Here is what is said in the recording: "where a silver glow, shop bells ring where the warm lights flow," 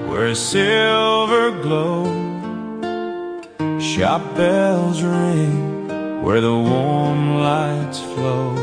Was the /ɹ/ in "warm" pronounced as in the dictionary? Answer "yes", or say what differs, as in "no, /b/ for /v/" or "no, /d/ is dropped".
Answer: yes